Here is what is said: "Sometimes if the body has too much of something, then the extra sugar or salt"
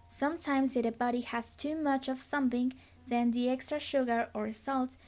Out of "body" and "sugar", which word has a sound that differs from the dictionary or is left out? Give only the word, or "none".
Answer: none